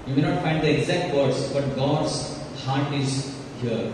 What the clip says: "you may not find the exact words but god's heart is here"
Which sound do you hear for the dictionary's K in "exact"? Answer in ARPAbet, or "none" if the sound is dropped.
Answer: K